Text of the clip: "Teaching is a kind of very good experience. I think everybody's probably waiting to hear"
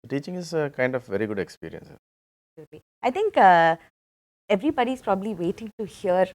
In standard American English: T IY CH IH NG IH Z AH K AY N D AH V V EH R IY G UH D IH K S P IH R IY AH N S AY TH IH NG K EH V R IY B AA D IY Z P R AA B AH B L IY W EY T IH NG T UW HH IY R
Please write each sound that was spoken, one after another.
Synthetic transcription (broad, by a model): T IY CH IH NG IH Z AH K AY N D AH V V EH R IY G UH D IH K S P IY R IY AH N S AY T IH NG K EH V R IY B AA D IY S P R AA B AH B L IY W EY T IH NG T UW HH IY R